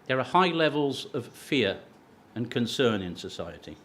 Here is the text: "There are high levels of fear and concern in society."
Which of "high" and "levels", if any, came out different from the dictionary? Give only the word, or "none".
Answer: none